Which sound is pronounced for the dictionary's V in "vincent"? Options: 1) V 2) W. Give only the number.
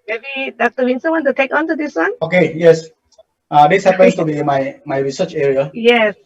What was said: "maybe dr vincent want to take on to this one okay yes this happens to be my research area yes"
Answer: 2